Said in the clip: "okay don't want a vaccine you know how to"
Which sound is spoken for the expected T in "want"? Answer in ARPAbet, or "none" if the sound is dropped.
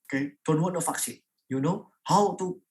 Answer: none